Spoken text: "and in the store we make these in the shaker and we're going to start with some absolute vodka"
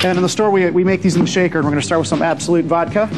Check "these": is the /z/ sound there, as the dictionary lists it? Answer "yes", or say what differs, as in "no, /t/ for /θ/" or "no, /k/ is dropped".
yes